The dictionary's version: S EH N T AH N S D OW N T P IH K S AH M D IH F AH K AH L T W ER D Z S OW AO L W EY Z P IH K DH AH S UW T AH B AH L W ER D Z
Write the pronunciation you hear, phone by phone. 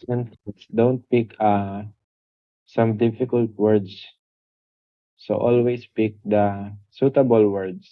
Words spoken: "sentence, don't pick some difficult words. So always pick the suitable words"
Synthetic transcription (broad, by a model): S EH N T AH S D OW N T P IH K S AH M D IH F AH K AH L T W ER D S S OW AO L W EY S P IH K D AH S UW T AH B AH L W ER D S